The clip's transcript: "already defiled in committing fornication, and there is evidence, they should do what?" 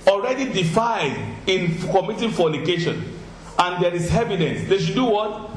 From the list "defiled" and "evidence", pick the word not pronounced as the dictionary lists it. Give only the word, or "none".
defiled